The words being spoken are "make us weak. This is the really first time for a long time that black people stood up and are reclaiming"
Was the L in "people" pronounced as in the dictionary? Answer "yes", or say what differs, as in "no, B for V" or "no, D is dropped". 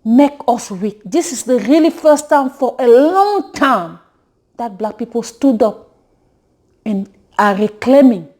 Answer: yes